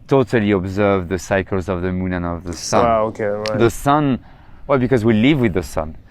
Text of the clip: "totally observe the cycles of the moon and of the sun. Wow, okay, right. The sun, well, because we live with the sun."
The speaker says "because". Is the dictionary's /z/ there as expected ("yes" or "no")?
yes